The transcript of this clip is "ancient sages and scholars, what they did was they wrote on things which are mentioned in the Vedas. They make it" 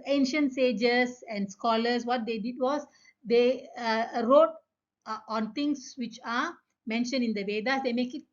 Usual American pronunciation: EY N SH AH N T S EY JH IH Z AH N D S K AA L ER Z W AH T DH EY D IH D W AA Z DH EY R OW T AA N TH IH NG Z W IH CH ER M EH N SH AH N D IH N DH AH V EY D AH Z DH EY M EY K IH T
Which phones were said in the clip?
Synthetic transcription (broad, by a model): EY N SH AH N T S EY JH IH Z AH N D S K AA L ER S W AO T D EY D IH D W AA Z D EY R OW T AA N T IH NG S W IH CH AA M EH N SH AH N IH N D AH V EY D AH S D EY M EY K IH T